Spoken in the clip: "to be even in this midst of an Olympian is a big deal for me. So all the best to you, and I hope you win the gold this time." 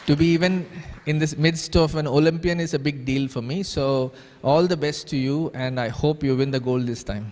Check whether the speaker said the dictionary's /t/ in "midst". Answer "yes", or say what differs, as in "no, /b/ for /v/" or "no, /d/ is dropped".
yes